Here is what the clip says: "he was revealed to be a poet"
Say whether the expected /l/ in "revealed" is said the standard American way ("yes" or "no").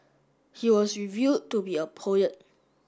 no